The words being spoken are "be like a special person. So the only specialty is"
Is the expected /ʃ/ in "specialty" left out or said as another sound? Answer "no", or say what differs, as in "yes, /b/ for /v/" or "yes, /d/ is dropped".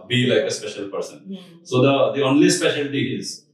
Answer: no